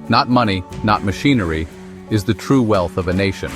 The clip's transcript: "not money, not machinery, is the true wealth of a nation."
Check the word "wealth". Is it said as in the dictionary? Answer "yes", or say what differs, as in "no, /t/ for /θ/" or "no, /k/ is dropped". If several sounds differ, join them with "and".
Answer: yes